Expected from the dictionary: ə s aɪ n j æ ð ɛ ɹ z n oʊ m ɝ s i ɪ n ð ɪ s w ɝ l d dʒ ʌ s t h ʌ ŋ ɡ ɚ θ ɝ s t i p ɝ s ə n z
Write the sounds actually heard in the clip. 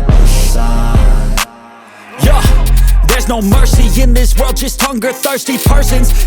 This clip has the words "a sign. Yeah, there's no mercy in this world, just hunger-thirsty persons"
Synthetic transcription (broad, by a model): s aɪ j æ ð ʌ ɹ z n oʊ m ɝ s i ɪ n ð ɪ s w ɝ l d dʒ ʌ s t h ʌ ŋ ɡ ɚ θ ɝ s t i p ɝ s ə n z